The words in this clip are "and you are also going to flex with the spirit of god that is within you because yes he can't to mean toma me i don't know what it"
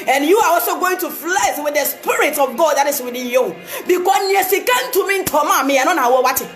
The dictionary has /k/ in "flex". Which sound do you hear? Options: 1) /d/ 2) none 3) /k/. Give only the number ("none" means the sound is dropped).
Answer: 2